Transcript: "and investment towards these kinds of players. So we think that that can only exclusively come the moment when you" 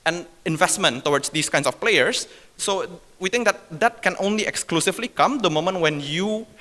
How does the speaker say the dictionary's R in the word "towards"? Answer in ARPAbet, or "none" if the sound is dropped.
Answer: W